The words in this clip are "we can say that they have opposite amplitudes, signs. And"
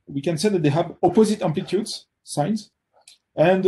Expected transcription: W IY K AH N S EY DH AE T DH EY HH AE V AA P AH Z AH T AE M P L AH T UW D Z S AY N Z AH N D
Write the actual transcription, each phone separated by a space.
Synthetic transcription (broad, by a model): W IY K AH N S EY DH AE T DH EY HH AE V AA P AH Z AH T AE M P L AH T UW D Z S AY N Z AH N D